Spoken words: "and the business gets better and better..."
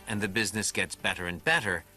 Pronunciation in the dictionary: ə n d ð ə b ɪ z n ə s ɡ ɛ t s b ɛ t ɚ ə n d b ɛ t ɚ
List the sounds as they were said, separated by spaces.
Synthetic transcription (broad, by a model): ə n ð ə b ɪ z n ə s ɡ ɛ t s b ɛ t ɚ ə n b ɛ t ɚ